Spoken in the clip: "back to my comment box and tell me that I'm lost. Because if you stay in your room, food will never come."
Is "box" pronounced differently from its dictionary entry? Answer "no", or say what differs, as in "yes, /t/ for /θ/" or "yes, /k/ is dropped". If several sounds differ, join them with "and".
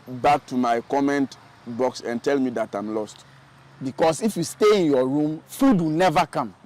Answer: no